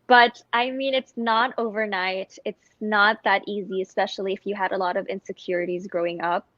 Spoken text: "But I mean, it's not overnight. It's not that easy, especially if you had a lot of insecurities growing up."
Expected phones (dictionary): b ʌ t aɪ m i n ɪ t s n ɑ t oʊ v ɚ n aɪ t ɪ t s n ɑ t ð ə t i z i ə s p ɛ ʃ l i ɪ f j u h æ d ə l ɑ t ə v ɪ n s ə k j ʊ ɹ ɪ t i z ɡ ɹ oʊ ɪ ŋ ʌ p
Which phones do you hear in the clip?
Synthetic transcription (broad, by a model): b ʌ t aɪ m i n ɪ t s n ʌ t oʊ v ɚ n aɪ t ɪ t s n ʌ t ð ə t i z i ə s p ɛ ʃ l i ɪ f j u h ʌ d ə l ɑ t ə v ɪ n s ə k j ʊ ɹ ɪ t i z ɡ ɹ oʊ ɪ ŋ ʌ p